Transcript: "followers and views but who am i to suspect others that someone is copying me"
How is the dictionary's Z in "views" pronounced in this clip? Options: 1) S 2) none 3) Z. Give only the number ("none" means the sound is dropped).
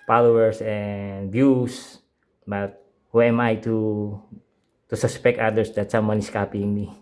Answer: 1